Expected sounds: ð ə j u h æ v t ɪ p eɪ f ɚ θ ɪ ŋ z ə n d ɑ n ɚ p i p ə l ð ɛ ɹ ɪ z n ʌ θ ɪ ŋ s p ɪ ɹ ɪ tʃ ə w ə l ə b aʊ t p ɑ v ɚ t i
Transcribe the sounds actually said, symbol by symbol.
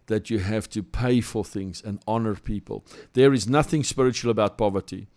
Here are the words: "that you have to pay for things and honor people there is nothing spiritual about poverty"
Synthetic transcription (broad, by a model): ð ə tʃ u h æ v t ɪ p eɪ f ɚ θ ɪ ŋ z ə n d ɑ n ɚ p i p ə l ð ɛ ɹ ɪ z n ʌ θ ɪ ŋ s p ɪ ɹ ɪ tʃ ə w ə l ə b aʊ t p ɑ v ɚ t i